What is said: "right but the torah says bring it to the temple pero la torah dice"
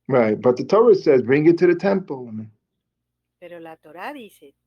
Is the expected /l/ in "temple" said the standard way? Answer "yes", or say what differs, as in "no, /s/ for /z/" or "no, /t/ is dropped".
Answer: no, /n/ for /l/